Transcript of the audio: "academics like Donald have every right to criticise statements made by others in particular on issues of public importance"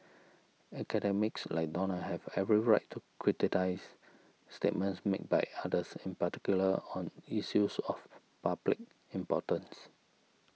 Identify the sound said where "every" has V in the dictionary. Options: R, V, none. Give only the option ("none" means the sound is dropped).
V